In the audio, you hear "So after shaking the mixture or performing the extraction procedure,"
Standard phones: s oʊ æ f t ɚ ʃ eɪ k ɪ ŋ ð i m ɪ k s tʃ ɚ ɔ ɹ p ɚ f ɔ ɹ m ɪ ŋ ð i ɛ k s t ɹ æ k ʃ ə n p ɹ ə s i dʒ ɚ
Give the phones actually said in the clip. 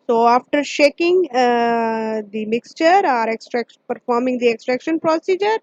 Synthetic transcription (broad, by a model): s oʊ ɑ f t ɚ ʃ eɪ k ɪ ŋ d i m ɪ k s tʃ ɚ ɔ ɹ p ɚ f ɔ ɹ m ɪ ŋ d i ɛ k s t ɹ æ k ʃ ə n p ɹ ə s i dʒ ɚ